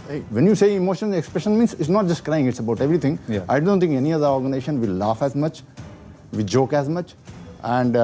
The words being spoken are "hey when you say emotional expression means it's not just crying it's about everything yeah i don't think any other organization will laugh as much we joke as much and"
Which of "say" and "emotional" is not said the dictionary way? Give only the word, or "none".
emotional